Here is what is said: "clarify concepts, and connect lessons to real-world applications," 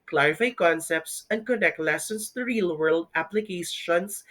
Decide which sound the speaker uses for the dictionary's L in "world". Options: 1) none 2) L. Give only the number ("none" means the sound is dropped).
2